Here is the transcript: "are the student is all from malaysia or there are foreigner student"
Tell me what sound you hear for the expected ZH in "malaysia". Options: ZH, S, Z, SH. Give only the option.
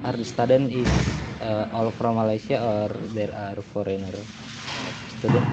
S